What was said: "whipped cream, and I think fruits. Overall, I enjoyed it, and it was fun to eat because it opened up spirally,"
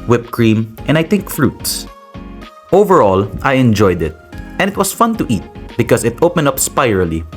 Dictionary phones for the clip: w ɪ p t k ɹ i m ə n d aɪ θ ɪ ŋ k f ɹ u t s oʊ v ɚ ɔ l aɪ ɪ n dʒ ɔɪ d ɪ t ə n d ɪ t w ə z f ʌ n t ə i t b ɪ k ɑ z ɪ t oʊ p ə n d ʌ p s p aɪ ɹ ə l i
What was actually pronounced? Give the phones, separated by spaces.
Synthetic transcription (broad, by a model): w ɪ p k ɹ i m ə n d aɪ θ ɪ ŋ k f ɹ u t s oʊ v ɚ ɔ l aɪ ɪ n dʒ ɔɪ d ɪ t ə n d ɪ t w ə s f ʌ n t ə i t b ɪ k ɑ s ɪ t oʊ p ə n d ʌ p s p aɪ ɹ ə l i